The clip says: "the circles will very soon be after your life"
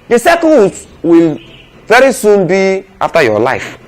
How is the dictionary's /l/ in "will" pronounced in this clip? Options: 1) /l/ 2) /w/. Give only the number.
1